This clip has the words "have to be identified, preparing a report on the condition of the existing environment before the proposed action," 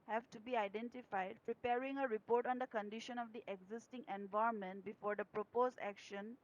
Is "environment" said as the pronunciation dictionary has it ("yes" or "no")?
no